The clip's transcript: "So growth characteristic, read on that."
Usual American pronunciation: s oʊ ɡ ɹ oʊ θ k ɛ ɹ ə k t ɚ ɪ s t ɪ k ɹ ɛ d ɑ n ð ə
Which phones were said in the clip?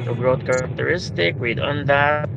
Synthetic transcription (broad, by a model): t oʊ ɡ ɹ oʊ t k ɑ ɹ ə k t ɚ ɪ s t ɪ k w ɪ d ɑ n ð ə